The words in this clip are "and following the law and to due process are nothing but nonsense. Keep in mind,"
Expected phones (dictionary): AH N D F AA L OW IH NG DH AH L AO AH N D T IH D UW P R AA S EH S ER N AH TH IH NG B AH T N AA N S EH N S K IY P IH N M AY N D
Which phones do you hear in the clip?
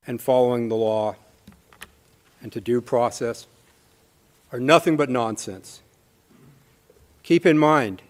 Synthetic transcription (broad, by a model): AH N F AA L OW IH NG DH AH L AO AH N T IH D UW P R AA S EH S ER N AH TH IH NG B AH T N AA N S EH N S K IY P IH N M AY N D